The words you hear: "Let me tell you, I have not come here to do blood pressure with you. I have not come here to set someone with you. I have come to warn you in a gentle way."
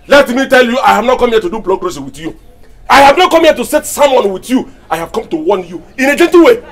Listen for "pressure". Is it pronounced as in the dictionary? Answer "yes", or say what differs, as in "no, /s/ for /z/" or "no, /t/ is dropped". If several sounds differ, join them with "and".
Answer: no, /s/ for /ʃ/